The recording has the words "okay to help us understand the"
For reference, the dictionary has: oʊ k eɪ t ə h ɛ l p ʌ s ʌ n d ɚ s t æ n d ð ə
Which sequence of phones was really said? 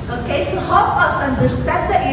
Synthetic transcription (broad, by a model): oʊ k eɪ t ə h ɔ p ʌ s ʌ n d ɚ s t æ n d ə